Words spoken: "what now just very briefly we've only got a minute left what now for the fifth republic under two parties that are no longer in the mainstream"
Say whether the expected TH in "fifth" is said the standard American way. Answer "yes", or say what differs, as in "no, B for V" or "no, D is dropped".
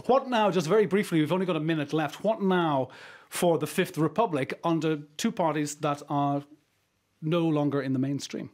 yes